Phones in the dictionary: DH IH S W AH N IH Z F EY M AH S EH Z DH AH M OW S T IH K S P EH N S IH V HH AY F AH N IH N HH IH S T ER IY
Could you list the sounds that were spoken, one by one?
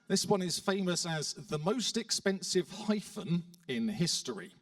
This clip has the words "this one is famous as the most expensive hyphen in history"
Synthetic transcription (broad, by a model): DH IH S W AH N IH Z F EY M AH S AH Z DH AH M OW S T IH K S P EH N S IH V HH AY F AH N IH N HH IH S T ER IY